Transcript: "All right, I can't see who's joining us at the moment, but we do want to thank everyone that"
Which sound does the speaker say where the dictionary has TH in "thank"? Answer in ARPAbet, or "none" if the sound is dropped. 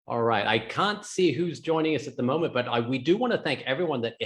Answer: TH